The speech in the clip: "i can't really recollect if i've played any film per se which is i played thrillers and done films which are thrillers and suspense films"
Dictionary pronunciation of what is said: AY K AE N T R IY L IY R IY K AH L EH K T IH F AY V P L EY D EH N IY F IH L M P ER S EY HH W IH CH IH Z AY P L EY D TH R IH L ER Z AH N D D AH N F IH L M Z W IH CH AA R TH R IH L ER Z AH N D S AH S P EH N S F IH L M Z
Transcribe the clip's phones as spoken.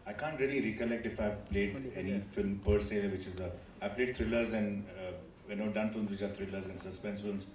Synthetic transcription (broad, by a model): AY K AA N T R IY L IY R IY K AH L EH K T IH F AY V P L EY D EH N IY F IH L M P ER S EY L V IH CH IH Z AY P L EY D T R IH L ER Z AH N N D AH N F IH L M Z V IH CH AA R T R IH L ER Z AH N S AH S P EH N S F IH L M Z